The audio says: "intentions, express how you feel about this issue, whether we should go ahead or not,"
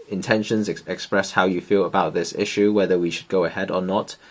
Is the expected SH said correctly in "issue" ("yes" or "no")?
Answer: yes